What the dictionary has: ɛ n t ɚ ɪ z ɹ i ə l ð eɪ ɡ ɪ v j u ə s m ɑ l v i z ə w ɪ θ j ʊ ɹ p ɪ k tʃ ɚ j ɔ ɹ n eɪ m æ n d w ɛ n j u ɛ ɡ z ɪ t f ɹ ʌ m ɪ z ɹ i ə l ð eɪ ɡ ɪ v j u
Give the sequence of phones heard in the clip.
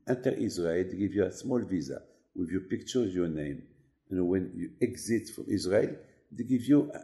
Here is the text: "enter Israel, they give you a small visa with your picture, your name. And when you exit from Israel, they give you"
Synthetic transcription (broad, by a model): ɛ n t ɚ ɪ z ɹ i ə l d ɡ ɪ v j u ə s m ɑ l v i z ə w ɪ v j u p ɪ k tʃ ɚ j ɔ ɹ n eɪ m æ n w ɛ n j u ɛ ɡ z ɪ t f ɹ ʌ m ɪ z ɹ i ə l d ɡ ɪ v j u